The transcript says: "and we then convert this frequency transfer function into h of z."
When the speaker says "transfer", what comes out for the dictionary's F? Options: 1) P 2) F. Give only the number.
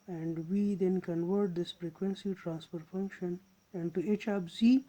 1